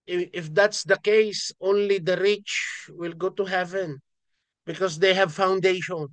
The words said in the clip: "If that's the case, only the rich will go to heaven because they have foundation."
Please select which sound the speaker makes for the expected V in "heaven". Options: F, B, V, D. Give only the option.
V